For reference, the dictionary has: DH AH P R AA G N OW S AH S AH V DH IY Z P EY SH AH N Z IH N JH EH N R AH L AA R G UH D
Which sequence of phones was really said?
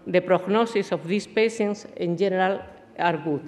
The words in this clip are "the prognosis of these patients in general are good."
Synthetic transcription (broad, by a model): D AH P R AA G N OW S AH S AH F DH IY S P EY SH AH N S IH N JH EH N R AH L AA R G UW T